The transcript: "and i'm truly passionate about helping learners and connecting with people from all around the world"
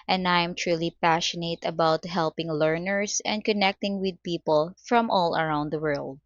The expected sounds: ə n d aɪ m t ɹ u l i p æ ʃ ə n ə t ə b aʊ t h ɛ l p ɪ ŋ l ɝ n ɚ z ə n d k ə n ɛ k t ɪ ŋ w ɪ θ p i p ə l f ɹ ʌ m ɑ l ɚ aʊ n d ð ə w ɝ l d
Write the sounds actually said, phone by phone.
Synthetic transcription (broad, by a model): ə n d aɪ m t ɹ u l i p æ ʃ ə n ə t ə b aʊ t h ɛ l p ɪ ŋ l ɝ n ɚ s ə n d k ə n ɛ k t ɪ ŋ w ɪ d p i p ə l f ɹ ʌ m ɑ l ɚ aʊ n d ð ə w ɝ l d